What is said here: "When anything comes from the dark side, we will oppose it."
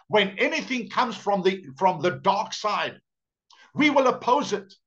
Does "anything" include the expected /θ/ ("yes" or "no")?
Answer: yes